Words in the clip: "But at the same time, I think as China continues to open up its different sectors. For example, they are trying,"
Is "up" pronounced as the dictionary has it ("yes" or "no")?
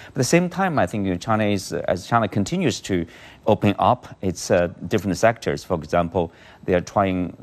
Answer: yes